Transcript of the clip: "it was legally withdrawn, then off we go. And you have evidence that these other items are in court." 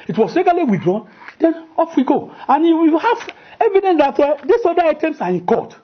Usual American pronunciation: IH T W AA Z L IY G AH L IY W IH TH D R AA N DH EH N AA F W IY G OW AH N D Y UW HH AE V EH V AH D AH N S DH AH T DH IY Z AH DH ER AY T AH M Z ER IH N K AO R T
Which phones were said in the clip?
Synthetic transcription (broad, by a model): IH T W AA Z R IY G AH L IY W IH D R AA N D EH N AA F W IY G OW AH N Y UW HH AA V EH V AH D AH N S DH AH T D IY S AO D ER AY T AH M S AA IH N K AO T